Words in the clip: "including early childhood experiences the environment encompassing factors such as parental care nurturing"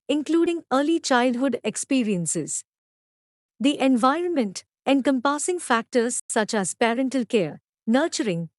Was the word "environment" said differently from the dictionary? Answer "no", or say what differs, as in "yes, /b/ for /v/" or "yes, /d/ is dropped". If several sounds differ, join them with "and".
no